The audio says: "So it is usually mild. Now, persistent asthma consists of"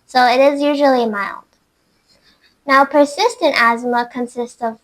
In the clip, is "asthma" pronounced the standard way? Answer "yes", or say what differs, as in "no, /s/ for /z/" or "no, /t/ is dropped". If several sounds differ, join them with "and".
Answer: yes